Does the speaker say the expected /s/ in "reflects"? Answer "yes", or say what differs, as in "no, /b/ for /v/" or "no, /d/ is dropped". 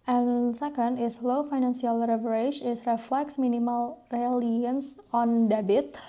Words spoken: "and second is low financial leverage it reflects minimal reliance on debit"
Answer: yes